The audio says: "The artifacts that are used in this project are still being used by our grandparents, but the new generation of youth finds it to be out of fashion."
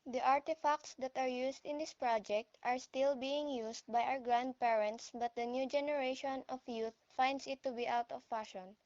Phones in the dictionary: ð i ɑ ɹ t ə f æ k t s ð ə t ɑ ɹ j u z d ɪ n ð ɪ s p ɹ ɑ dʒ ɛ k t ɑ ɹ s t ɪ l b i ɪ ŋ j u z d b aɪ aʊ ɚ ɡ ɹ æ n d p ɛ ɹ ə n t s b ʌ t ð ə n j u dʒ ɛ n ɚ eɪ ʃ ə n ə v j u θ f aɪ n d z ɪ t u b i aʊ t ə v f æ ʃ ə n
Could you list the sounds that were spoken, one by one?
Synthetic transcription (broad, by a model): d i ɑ ɹ t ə f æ k t s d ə t ɑ ɹ j u s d ɪ n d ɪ s p ɹ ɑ dʒ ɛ k t ɑ ɹ s t ɪ l b i ɪ ŋ j u s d b aɪ aʊ ɚ ɡ ɹ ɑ n d p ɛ ɹ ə n t s b ʌ t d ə n j u dʒ ɛ n ɚ eɪ ʃ ə n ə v j u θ f aɪ n d s ɪ t u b i aʊ t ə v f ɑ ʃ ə n